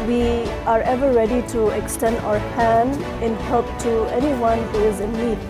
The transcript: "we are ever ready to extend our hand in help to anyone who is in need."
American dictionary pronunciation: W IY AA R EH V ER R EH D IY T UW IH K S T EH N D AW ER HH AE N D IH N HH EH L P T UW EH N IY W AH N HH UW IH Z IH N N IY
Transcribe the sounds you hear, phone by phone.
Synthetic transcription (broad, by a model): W IY AA R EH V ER R EH D IY T UW IH K S T EH N D AW ER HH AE N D IH N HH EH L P T UW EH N IY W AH N HH UW IH Z IH N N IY